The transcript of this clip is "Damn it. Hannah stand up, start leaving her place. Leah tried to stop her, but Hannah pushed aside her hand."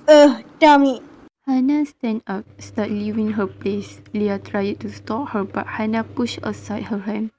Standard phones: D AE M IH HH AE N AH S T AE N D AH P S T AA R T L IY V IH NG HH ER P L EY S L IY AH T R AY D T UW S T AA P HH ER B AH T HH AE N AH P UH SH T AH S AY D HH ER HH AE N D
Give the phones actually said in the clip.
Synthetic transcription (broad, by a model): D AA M IH HH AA N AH S T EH N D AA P S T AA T L IY V IH NG HH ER P L EY S L IY AH T R AY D T UW S T AA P HH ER B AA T HH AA N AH P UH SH AH S AY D HH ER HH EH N